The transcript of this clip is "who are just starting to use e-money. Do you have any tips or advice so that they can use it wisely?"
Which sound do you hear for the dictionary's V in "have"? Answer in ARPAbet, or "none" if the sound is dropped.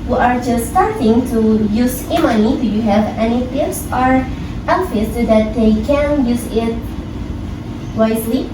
V